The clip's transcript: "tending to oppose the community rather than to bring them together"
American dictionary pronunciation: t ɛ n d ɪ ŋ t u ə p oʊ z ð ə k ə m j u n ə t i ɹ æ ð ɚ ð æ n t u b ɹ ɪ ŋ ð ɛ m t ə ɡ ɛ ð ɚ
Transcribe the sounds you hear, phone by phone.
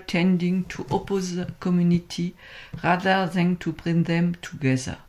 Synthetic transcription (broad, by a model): t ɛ n d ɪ ŋ t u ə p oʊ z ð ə k ə m j u n ə t i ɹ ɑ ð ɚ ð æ n t u b ɹ ɪ ŋ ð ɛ m t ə ɡ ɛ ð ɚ